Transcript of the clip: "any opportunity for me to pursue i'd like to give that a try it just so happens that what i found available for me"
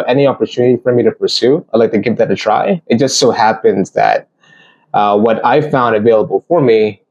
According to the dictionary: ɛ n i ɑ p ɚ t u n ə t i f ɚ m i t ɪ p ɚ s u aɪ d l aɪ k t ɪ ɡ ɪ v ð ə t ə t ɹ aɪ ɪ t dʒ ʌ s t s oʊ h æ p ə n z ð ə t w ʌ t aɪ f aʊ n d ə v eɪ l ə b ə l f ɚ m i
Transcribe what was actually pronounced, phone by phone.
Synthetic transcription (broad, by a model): ɛ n i ɑ p ɚ t u n ə t i f ɚ m i t ɪ p ɚ s u aɪ d l aɪ k t ɪ ɡ ɪ v ð ə t ə t ɹ aɪ ɪ t dʒ ʌ s t s oʊ h æ p ə n z ð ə t w ʌ t aɪ f aʊ n d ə v eɪ l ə b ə l f ɚ m i